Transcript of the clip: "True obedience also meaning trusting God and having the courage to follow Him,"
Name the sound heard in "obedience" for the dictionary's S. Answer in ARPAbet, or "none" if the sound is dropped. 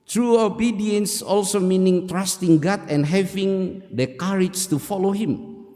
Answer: S